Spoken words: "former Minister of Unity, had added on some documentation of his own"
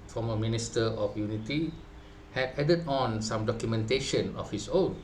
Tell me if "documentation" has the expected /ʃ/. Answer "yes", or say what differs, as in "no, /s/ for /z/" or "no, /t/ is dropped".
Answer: yes